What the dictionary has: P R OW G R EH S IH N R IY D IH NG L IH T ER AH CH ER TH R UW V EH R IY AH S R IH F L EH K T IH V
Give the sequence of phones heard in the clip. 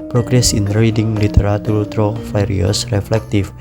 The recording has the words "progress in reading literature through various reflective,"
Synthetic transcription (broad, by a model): P R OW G R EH S IH N R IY D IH NG L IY T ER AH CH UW T R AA F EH R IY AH S R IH F L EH K T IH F